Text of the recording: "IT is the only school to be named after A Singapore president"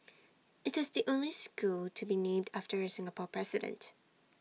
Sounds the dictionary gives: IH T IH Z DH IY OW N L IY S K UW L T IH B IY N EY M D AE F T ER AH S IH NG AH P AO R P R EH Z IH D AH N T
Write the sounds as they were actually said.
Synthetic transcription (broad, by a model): IH T IH Z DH IY OW N L IY S K UW L T IH B IY N EY M D AE F T ER AH S IH NG AH P AO R P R EH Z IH D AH N T